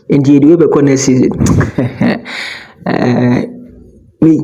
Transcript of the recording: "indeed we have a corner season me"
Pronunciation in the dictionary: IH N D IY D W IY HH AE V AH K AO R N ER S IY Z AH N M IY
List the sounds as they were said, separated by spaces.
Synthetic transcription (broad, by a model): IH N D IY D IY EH B AH K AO N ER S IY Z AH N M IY